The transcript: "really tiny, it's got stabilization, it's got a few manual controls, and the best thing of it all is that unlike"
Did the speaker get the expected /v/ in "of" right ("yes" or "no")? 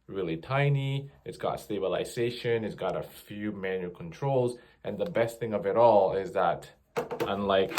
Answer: yes